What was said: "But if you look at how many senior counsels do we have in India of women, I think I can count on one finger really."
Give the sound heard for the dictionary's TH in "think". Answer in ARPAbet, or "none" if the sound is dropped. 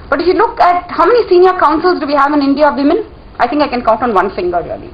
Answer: T